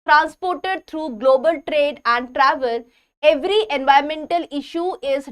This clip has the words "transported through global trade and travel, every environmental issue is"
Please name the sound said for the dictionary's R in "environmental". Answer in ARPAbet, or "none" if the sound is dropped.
none